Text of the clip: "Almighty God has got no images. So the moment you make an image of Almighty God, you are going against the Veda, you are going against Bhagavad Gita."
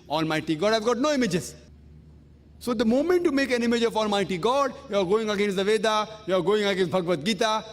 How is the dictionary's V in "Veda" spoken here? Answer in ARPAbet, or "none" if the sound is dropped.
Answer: V